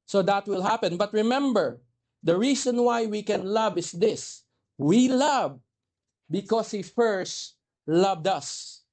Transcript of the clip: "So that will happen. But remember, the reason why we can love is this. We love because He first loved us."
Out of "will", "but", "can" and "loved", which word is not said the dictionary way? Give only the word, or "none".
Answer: none